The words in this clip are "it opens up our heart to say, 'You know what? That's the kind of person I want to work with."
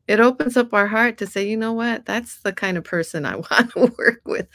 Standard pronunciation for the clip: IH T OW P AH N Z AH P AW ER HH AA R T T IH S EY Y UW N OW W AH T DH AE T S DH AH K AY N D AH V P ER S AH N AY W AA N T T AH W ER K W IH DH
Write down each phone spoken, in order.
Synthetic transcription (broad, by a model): IH T OW P AH N Z AH P AW ER HH AA R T T IH S EY Y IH N OW W AH T DH AE T S DH AH K AY N D AH V P ER S AH N AY W AA N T T AH W ER K W IH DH